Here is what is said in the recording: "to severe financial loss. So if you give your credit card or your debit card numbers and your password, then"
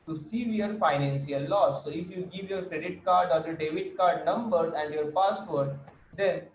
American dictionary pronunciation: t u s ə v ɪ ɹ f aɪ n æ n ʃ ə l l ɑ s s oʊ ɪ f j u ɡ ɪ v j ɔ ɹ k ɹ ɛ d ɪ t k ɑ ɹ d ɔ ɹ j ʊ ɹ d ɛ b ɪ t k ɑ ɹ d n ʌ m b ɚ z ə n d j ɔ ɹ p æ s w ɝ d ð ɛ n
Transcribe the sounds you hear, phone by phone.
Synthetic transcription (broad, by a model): t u s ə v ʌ ɹ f aɪ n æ n s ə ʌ l ɑ s s oʊ ɪ f j u ɡ ɪ v j ɔ ɹ k ɹ ɛ d ɪ t k ɑ ɹ d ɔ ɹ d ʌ d ɛ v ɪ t k ɑ ɹ d n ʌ m b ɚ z ə n d j ɔ ɹ p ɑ s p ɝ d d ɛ n